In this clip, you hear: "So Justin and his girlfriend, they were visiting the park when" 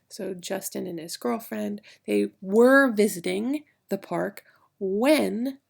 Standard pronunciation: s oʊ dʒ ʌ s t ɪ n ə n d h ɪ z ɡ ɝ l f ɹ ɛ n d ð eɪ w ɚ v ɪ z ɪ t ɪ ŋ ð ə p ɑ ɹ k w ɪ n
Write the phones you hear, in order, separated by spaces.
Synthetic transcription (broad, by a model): s oʊ dʒ ʌ s t ɪ n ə n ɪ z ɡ ɝ l f ɹ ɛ n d ð eɪ w ɚ v ɪ z ɪ t ɪ ŋ ð ə p ɑ ɹ k w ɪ n